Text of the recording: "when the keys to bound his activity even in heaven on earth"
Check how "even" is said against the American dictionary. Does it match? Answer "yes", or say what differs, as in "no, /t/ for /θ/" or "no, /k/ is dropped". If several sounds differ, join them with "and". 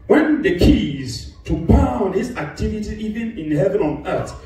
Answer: yes